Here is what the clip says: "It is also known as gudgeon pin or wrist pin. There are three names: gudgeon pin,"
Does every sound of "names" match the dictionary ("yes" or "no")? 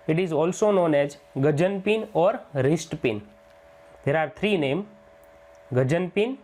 no